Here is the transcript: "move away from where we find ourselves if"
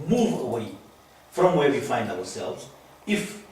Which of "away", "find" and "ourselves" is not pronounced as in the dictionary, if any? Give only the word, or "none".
ourselves